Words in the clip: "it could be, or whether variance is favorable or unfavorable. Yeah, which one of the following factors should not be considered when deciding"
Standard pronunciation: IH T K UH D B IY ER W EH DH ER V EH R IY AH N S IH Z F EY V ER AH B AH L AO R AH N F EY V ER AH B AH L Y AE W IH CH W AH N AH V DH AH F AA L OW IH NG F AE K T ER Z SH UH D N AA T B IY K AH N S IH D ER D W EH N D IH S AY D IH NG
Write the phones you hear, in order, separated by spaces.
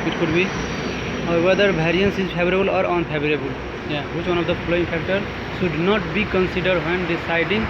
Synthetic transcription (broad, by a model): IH T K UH D B IY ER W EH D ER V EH R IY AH N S IH Z P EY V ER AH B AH L AO R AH N P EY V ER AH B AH L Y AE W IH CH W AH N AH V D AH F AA L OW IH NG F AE K T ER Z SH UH D N AA T B IY K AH N S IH D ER D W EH N D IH S AY D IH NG